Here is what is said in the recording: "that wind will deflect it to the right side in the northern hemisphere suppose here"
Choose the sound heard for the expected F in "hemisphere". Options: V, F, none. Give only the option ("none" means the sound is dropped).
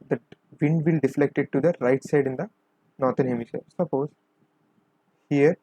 none